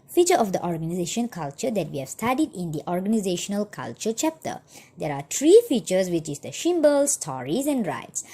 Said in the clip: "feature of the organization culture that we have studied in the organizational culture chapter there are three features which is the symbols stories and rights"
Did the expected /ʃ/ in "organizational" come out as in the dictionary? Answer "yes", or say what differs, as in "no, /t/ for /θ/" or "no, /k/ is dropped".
yes